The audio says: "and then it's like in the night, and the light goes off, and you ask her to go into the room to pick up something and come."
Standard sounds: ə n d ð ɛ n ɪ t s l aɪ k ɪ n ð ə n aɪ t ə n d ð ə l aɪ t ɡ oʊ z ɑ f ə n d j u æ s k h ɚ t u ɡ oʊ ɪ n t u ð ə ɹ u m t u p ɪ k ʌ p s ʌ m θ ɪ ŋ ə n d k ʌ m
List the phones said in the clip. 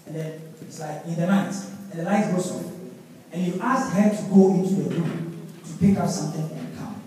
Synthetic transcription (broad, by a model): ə n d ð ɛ n ɪ t s l aɪ k ɪ n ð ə n aɪ t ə n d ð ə n aɪ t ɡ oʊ s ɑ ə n j u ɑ s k h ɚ t u ɡ oʊ ɪ n t u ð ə ɹ u m t u p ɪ k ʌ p s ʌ m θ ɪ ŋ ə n k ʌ m